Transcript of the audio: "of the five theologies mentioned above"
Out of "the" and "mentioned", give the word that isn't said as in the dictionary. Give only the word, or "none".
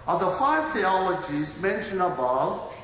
mentioned